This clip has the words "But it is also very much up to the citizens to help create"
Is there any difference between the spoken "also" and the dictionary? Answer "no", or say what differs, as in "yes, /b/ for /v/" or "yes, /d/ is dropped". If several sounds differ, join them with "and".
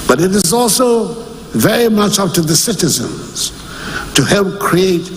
no